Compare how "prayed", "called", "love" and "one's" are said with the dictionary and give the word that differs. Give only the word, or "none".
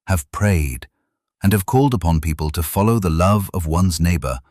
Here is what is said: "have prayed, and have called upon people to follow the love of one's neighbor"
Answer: none